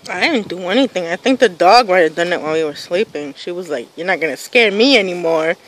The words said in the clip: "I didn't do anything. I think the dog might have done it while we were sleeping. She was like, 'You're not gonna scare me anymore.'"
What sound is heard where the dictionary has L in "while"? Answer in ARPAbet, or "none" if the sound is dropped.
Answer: N